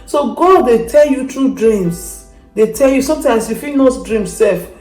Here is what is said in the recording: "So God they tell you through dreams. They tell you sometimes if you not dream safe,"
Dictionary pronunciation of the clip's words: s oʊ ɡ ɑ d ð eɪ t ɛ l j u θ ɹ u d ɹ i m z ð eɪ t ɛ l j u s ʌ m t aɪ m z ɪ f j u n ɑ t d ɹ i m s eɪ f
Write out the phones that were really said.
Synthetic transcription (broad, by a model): s oʊ ɡ ɑ d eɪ t ɛ l j u t ɹ u d ɹ i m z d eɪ t ɛ l j u s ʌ m t aɪ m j ɪ f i n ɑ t d ɹ i m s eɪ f